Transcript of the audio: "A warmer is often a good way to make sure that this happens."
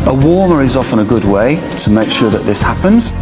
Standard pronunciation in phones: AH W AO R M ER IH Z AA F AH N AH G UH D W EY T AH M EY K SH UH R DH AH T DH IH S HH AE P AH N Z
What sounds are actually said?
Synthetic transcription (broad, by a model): AH W AO M ER IH Z AA F AH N AH G UH D W EY T AH M EY K SH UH DH AH T DH IH S HH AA P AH N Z